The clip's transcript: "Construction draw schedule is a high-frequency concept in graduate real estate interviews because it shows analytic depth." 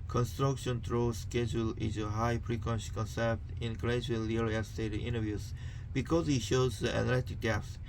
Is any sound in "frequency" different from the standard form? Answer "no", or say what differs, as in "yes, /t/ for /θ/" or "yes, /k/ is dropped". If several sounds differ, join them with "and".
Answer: yes, /p/ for /f/